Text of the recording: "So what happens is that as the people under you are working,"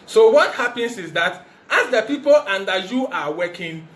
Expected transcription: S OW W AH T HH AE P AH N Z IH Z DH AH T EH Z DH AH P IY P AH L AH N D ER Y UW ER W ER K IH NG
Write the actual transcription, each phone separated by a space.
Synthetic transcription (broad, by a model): S OW W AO T HH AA P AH N S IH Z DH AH T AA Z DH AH P IY P AH L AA N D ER Y UW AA W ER K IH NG